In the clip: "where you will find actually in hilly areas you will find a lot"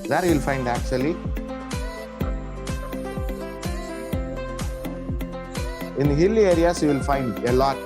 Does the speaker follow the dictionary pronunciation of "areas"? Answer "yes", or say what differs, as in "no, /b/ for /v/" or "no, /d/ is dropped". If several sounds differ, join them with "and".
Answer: no, /s/ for /z/